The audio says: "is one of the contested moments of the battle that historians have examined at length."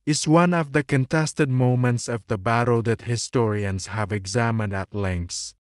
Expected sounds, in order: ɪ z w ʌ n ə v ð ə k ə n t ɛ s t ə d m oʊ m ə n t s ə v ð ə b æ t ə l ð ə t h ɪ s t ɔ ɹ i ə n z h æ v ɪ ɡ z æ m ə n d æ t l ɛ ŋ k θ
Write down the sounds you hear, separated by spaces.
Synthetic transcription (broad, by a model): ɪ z w ʌ n ə v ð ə k ə n t ɛ s t ə d m oʊ m ə n t s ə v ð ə b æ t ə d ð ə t h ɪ s t ɔ ɹ i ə n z h æ v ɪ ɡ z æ m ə n d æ t l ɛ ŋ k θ